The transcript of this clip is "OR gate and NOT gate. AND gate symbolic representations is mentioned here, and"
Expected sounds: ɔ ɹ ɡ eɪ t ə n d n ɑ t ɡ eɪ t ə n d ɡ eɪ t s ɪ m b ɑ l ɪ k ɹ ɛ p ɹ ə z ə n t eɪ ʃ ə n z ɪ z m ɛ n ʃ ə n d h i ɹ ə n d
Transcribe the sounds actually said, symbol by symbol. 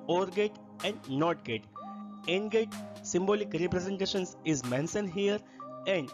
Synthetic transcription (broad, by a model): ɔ ɹ ɡ eɪ t ə n d n ɑ t ɡ eɪ t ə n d ɡ eɪ t s ɪ m b ɑ l ɪ k ɹ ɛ p ɹ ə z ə n t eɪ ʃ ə n s ɪ z m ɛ n s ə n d h i ɹ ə n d